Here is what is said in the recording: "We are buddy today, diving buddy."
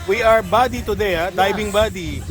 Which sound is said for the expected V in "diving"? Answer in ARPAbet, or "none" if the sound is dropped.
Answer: B